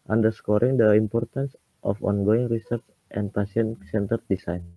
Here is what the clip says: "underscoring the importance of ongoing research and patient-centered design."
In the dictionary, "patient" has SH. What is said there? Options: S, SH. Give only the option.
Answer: S